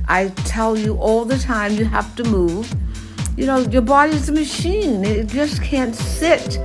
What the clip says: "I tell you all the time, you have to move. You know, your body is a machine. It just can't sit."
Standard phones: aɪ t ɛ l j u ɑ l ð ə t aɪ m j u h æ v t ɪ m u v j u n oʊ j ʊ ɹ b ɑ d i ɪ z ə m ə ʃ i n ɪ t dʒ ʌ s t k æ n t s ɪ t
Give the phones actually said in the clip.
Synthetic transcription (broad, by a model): aɪ t ɛ l j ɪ ɑ l ð ə t aɪ m j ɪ h æ f t ɪ m u v j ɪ n oʊ j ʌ ɹ b ɑ d i ɪ z ə m ə ʃ i n ɪ t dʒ ʌ s k æ n t s ɪ t